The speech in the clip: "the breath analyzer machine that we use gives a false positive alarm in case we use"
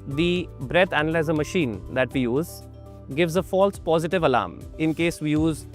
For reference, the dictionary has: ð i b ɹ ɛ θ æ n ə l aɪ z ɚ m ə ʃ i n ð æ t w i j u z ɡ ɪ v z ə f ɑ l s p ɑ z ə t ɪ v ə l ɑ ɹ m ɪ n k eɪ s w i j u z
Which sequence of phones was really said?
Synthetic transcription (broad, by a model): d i b ɹ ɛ t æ n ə l aɪ z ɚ m ə ʃ i n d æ t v i j u z ɡ ɪ v z ə f ɑ l s p ɑ z ə t ɪ v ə l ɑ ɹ m ɪ n k eɪ s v i j u z